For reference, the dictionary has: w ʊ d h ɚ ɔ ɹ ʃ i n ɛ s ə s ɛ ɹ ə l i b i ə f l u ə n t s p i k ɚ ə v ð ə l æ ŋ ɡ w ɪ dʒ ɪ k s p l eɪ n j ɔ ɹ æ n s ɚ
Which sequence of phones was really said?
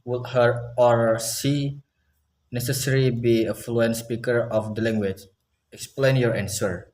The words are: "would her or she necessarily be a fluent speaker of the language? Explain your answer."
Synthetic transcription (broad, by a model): w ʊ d h ɚ ɔ ɹ s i n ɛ s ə s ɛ ɹ i b i ə f l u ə n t s p i k ɚ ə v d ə l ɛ ŋ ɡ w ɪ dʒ ɪ k s p l eɪ n j ɔ ɹ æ n s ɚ